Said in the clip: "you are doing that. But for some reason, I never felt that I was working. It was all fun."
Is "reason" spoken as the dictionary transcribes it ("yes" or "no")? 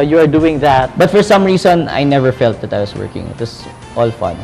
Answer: no